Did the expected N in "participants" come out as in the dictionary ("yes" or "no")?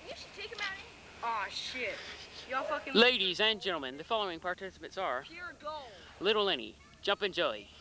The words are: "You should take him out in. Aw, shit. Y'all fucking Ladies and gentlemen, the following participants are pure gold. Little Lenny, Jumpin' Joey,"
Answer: no